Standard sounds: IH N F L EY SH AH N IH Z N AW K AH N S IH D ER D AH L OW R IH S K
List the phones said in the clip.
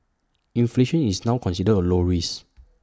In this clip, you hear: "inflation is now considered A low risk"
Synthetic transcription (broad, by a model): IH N F L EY SH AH N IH S N AW K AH N S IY D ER AH L OW R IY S